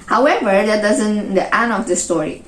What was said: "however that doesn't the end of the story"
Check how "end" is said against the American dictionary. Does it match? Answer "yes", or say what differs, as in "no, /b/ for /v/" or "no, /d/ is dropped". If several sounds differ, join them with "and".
no, /d/ is dropped